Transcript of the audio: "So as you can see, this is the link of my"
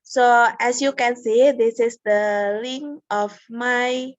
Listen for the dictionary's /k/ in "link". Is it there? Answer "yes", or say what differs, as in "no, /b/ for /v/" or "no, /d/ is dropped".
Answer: no, /k/ is dropped